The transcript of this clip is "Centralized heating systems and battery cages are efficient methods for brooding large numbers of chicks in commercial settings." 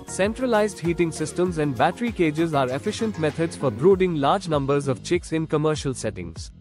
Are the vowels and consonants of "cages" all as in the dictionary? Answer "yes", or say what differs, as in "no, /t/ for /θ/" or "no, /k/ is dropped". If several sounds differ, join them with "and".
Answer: yes